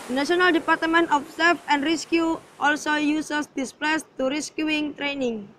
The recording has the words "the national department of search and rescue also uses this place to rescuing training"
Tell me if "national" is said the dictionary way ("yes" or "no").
no